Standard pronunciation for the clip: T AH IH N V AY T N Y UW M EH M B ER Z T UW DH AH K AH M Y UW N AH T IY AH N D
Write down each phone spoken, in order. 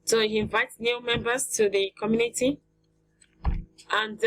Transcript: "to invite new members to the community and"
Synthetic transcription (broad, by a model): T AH IH N V AY T N Y UW M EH M B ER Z T UW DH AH K AH M Y UW N AH T IY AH N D